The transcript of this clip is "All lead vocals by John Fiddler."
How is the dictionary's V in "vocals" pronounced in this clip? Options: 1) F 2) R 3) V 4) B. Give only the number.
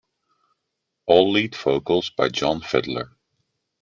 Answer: 1